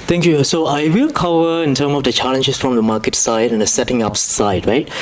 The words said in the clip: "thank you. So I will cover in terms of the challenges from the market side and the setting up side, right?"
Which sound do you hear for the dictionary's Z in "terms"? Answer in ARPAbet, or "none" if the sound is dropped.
none